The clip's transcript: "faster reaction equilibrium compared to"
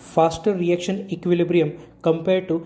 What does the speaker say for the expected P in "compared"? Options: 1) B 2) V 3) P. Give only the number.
3